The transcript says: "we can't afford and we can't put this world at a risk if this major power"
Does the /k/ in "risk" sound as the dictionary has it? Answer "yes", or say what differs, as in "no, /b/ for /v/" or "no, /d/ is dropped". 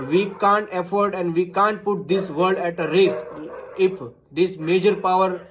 no, /k/ is dropped